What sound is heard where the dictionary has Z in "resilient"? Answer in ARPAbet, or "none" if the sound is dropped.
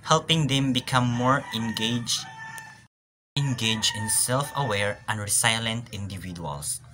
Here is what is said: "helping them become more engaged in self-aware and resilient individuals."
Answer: S